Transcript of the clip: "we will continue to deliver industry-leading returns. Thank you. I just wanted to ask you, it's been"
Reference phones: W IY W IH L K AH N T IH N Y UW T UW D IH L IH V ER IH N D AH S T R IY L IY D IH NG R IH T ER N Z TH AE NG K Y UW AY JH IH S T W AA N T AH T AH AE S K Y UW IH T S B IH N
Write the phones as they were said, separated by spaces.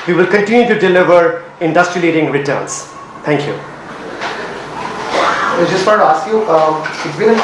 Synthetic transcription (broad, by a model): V IY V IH L K AH N T IH N Y UW T UW D IH L IH V ER IH N D AH S T R IY L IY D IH NG R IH T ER N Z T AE NG K Y UW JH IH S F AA T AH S Y UW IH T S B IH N